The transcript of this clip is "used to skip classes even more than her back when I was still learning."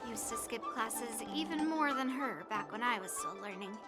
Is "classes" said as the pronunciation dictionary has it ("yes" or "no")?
yes